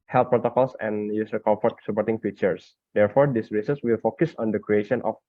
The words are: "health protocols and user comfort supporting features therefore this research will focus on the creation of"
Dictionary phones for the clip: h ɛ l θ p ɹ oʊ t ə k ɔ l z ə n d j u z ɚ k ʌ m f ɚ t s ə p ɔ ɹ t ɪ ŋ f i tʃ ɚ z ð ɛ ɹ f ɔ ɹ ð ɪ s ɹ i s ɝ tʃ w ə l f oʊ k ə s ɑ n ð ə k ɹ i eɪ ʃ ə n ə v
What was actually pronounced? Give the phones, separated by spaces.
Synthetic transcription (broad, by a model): h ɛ l p ɹ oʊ t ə k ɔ l s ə n j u s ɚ k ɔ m f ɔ t s ə p ɔ ɹ t ɪ ŋ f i tʃ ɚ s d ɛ ɹ f ɔ ɹ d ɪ s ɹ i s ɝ s w ə l f oʊ k ə s ɑ n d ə k ɹ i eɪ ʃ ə n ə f